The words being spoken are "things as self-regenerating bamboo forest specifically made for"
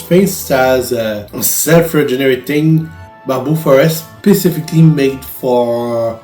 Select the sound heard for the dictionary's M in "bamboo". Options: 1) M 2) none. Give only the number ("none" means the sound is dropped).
2